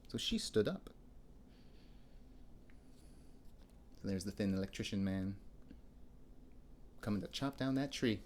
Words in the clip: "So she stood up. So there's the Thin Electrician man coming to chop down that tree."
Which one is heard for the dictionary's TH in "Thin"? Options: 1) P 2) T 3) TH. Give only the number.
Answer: 3